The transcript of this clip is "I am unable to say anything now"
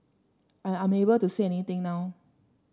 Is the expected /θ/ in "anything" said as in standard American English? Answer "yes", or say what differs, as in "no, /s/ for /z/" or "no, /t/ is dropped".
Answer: no, /t/ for /θ/